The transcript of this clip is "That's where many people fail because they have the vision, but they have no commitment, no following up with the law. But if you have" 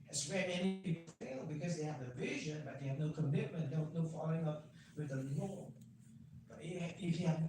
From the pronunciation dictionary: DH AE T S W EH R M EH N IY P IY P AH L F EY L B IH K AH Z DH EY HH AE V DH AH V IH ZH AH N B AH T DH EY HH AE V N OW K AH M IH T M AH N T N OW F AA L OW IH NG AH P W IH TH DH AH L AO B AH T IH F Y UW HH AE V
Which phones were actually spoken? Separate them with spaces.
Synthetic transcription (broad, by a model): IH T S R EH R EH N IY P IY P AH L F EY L B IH K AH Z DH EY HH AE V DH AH V IH ZH AH N B AH T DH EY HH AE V N OW K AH M IH T M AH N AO N OW F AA L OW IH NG AH P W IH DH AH N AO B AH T IH F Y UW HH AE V